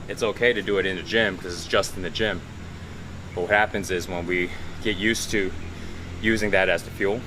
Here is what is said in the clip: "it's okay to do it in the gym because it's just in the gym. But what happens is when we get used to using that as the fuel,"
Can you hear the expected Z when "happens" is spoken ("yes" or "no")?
yes